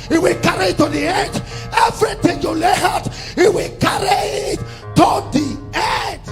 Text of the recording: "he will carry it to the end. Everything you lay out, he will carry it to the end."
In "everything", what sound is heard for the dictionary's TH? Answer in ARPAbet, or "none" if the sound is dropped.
T